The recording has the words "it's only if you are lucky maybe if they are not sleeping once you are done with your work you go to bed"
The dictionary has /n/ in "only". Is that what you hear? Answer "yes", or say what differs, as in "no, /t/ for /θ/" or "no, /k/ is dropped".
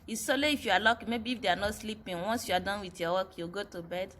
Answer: no, /n/ is dropped